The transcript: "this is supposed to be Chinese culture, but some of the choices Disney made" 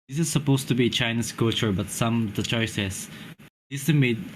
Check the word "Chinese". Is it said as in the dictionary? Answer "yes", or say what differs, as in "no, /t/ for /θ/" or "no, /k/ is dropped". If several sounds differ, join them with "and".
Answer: no, /s/ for /z/